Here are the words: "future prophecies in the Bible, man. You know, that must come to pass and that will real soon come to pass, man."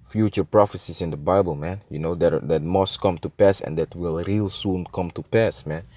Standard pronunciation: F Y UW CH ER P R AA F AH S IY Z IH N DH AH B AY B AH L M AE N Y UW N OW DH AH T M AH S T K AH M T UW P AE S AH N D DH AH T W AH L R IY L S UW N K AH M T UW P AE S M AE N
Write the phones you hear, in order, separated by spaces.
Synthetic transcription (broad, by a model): F Y UW CH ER P R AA F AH S IY S IH N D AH B AY B AH L M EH N Y UW N OW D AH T M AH S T K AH M T UW P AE S AH N D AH T W AH L R IY L S UW N K AH M T UW P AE S M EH N